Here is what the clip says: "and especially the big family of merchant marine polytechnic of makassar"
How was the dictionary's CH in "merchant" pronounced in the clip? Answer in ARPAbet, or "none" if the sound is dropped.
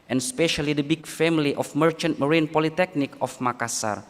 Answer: CH